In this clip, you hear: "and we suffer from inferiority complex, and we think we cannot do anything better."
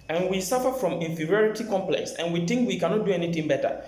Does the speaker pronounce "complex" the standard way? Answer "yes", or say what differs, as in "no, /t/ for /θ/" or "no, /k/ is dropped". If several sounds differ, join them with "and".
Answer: yes